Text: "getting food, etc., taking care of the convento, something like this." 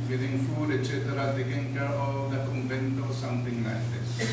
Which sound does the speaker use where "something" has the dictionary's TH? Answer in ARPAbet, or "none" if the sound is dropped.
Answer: T